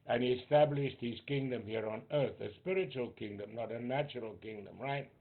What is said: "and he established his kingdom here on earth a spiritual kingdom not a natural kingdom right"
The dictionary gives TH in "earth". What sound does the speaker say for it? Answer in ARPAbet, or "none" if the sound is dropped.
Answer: TH